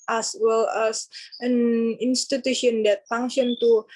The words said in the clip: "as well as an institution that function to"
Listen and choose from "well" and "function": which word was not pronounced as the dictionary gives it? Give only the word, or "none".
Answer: function